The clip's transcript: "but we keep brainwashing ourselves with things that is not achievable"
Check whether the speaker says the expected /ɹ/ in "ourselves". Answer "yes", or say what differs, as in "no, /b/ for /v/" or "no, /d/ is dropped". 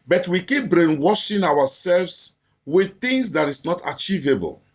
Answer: no, /w/ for /ɹ/